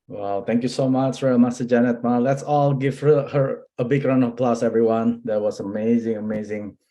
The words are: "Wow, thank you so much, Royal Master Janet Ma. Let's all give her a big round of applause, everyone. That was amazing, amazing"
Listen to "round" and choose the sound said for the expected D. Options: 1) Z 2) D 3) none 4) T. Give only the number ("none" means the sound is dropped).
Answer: 3